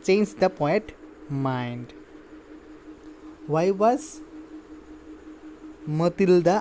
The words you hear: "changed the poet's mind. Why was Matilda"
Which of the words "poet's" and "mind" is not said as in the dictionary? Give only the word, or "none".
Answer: poet's